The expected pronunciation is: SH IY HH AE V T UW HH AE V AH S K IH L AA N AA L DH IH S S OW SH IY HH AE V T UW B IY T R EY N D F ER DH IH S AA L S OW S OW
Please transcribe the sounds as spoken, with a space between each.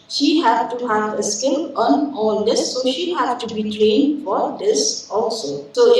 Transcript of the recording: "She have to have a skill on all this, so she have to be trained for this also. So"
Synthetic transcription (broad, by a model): SH IY HH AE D T UW HH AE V AH S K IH N AA N AA L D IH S S OW SH IY HH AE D T UW B IY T L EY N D F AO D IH S AA L S OW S OW